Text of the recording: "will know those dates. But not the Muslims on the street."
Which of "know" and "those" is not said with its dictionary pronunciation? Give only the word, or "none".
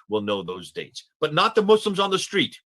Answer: none